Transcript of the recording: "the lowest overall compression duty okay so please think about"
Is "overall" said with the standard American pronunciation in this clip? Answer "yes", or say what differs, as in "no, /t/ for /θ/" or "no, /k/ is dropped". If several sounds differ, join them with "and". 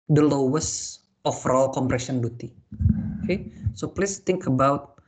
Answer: no, /f/ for /v/